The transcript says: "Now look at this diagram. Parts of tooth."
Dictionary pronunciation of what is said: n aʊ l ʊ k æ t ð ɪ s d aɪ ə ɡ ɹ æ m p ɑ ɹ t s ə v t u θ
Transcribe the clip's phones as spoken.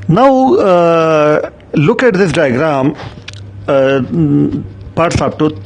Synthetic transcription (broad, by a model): n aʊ l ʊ k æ t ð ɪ s d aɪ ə ɡ ɹ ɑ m p ɑ ɹ t s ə p t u